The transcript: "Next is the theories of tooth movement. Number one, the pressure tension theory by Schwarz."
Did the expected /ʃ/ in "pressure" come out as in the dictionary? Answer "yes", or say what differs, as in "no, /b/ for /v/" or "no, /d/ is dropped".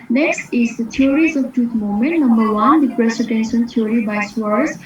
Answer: no, /s/ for /ʃ/